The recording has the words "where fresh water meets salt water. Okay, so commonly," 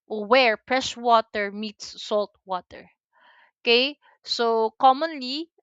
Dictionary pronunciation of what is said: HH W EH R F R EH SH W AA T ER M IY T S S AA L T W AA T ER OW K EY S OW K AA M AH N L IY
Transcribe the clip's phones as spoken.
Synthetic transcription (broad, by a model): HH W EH R P R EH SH W AA T ER M IY T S S AA L T W AA T ER OW K EY S OW K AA M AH N L IY